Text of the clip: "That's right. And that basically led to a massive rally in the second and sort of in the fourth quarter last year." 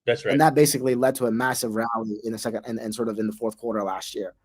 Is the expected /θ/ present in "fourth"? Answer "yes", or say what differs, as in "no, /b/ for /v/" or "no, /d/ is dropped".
yes